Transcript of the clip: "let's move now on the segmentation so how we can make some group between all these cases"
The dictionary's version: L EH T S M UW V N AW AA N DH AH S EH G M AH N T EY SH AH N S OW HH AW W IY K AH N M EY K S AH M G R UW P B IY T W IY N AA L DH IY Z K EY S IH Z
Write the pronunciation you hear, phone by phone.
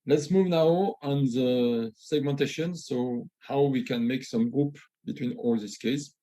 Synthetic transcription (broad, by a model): L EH T S M UW V N AW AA N DH AH S EH G M AH N T EY SH AH N S OW HH AW W IY K AH N M EY K S AH M G R UW P B IY T W IY N AA L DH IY S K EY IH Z